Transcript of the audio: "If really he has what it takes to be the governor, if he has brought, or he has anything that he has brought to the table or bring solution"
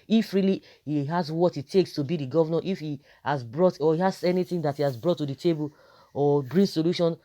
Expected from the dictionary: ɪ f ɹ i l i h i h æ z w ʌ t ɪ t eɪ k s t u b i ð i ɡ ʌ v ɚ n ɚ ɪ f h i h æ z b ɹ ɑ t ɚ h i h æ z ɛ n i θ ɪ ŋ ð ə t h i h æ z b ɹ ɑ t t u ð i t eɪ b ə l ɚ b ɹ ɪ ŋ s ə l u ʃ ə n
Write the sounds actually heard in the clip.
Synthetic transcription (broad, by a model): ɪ f ɹ i l i h i h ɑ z w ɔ t ɪ t eɪ k s t u b i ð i ɡ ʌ v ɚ n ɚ ɪ f h i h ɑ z b ɹ ɑ t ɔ h i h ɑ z ɛ n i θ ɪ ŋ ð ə t h i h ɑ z b ɹ ɑ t t u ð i t eɪ b ə l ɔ b ɹ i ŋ s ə l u ʃ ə n